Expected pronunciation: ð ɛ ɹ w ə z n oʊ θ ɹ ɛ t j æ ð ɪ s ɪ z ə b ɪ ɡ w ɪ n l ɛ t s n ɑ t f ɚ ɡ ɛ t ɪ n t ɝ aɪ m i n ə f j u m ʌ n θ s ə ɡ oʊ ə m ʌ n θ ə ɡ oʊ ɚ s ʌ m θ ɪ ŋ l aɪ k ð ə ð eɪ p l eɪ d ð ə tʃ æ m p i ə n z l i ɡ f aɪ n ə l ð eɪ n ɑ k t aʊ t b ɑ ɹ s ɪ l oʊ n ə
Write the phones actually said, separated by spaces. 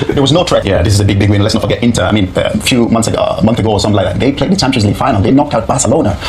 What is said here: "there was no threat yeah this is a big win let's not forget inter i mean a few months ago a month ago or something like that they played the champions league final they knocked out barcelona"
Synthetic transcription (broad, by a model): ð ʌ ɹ w ə z n oʊ t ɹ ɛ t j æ ð ɪ s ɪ z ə b ɪ ɡ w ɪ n l ɛ t s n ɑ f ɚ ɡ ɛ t ɪ n t ɝ aɪ m i n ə f j u m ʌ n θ s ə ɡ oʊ ə m ʌ n θ ə ɡ oʊ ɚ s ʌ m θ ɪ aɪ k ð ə ð eɪ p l eɪ d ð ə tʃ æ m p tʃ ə z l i f aɪ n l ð eɪ n ɑ k t aʊ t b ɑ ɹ s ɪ l oʊ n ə